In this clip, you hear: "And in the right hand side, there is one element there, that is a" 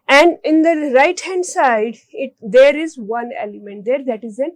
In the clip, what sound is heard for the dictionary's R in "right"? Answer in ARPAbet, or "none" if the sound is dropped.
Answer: R